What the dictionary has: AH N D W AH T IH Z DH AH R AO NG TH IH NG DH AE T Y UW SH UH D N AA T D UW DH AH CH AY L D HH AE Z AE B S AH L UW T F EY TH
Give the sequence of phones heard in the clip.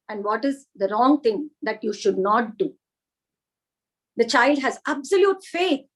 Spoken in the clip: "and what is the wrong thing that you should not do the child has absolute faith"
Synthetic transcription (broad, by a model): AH N D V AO T IH Z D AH R AO NG T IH NG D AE T Y UW SH UH D N AA T D UW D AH CH AY L D HH AE Z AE B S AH L UW T F EY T